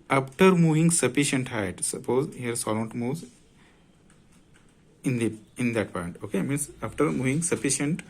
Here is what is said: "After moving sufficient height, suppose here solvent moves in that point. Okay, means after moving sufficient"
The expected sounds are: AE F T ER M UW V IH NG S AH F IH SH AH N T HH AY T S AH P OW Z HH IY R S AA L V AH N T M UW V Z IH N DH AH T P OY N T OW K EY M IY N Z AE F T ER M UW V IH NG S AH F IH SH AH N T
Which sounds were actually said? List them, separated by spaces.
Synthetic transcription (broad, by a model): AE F T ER M UW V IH NG S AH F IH SH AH N T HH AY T S AH P OW Z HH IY R S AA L AH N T M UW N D IH N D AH T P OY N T OW K EY M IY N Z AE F T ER M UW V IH NG S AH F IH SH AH N T